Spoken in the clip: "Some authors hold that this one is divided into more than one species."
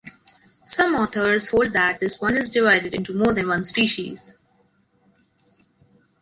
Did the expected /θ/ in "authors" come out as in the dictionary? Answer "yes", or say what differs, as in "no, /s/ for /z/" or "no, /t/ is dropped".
no, /t/ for /θ/